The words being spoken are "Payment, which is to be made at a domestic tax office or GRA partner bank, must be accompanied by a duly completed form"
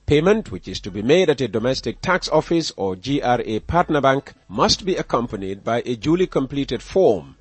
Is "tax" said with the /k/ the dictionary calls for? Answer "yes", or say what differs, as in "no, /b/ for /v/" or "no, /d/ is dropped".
yes